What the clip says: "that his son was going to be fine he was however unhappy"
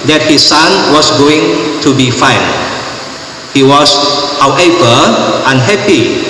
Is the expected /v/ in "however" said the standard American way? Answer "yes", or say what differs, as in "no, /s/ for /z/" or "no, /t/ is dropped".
no, /p/ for /v/